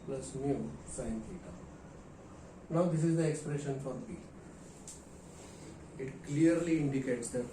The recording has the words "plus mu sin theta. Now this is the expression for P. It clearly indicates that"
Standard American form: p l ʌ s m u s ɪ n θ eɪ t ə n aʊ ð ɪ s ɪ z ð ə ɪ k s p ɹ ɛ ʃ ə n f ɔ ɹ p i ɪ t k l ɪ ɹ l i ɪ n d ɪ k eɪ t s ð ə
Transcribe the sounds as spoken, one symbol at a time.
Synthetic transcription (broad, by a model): p l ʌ s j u s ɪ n t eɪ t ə n aʊ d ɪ s ɪ z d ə ɪ k s p ɹ ɛ ʃ ə n f ɔ ɹ b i ɪ t k l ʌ ɹ l i ɪ n d ɪ k eɪ t s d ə